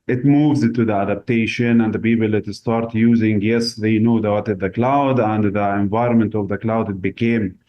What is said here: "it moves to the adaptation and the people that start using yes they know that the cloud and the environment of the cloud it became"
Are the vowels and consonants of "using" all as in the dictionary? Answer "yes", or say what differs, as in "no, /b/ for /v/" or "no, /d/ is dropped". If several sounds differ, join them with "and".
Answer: yes